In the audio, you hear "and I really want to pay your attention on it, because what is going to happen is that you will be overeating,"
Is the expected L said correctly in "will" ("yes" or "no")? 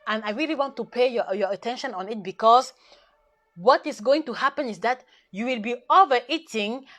yes